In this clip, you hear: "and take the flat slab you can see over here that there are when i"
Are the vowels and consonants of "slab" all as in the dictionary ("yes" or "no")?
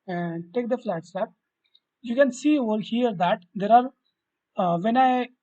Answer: no